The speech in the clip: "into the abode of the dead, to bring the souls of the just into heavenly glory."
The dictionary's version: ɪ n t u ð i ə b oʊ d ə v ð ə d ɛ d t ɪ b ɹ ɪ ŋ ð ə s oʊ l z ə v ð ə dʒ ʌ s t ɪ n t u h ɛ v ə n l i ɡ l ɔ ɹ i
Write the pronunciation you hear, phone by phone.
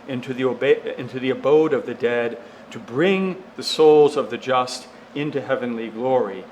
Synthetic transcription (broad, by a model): ɪ n t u ð i ə b oʊ d ə v ð ə d ɛ d t ɪ b ɹ ɪ ŋ ð ə s oʊ l z ə v ð ə dʒ ʌ s t ɪ n t u h ɛ v ə n l i ɡ l ɔ ɹ i